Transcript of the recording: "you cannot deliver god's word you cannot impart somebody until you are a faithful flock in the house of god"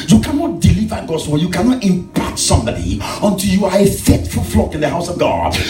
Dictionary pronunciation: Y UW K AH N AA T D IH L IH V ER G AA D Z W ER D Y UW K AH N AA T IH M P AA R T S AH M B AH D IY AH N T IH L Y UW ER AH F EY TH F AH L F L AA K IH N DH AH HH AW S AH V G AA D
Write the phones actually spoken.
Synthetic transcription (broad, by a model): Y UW K AH N AA T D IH L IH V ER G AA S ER Y UW K AH N AA T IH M P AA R T S AH M B AH D IY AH N T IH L Y UW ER AH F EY T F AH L F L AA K IH N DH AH HH AW S AH V G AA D